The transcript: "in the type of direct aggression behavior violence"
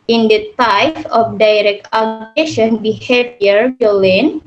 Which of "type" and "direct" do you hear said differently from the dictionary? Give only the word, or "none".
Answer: type